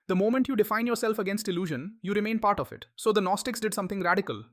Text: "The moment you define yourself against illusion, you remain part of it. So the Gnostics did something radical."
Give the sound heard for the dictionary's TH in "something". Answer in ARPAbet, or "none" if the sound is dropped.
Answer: T